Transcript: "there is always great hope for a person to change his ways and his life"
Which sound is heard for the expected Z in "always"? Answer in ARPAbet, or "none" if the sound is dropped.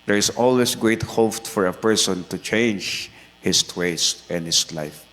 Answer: S